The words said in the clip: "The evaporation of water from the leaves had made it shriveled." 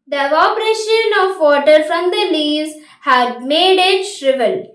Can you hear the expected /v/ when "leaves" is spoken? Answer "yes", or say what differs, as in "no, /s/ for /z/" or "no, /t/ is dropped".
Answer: no, /v/ is dropped